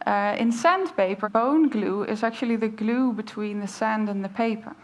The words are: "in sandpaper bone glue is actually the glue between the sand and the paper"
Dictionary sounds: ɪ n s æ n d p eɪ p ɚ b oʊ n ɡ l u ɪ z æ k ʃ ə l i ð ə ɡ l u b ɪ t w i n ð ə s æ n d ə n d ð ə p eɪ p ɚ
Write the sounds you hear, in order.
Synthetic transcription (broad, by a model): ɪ n s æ n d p eɪ p ɚ b oʊ n ɡ l u ɪ z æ k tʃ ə l i ð ə ɡ l u b ɪ t w i n ð ə s æ n d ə n ð ə p eɪ p ɚ